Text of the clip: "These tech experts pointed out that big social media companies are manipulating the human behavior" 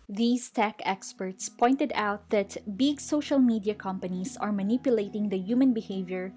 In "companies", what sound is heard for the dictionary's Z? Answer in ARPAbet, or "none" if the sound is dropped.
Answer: S